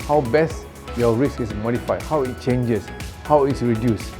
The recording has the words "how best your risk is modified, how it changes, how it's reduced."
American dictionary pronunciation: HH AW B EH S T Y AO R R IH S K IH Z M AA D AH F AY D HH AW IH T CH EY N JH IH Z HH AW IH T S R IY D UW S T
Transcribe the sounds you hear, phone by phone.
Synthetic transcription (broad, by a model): HH AW B EH S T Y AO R R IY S IH S M AA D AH F AY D HH AW IH T CH EY N JH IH S HH AW IH T S R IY D UW S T